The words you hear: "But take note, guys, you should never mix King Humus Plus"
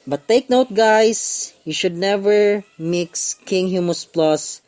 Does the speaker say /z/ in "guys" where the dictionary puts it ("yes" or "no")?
no